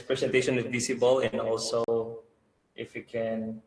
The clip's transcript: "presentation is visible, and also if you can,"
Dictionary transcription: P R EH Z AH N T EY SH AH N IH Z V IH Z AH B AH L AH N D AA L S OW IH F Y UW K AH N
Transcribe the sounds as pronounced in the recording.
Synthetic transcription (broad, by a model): P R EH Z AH N T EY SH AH N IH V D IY S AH B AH L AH N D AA L S OW IH F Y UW K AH N